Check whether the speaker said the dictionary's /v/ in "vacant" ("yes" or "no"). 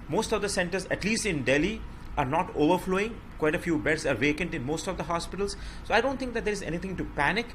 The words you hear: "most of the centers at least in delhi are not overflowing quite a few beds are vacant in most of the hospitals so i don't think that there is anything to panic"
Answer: yes